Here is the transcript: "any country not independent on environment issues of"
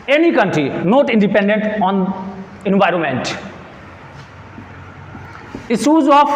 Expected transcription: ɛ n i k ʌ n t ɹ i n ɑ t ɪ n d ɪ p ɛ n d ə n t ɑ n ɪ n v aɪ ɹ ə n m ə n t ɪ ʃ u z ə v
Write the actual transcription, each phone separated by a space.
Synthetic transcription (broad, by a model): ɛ n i k ʌ n t ɹ i n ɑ t ɪ n d ɪ p ɛ n d ə n t ɑ n ɪ n v aɪ ɹ ə n m ə n t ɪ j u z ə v